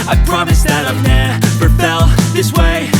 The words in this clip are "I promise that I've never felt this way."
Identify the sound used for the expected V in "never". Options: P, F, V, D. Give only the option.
P